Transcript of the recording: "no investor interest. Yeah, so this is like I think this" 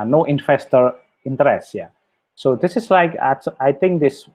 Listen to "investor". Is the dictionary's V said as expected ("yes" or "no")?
no